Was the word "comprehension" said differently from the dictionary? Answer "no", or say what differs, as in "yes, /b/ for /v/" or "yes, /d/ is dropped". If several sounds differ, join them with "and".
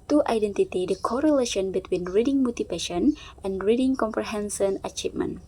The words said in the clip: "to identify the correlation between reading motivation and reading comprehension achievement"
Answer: yes, /s/ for /ʃ/